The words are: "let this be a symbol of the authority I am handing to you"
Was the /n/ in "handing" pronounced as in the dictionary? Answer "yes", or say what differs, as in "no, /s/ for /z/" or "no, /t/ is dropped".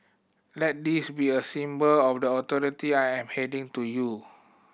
no, /n/ is dropped